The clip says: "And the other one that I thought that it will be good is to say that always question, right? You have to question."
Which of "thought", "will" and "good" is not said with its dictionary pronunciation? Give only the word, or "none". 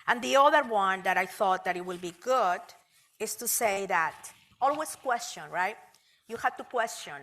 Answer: none